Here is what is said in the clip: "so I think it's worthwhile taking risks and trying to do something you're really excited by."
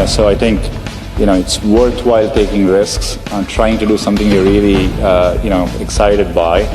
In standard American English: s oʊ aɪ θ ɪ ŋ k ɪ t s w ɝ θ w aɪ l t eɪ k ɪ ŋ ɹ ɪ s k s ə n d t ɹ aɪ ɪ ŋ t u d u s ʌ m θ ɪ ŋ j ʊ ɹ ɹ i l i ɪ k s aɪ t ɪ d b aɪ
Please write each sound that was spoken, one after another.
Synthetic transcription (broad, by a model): s oʊ aɪ t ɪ ŋ k ɪ t s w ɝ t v aɪ l t eɪ k ɪ ŋ ɹ ɪ s k s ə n t ɹ aɪ ɪ ŋ t u d u s ʌ m t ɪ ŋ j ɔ ɹ l i n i ɪ k s aɪ t ɪ d b aɪ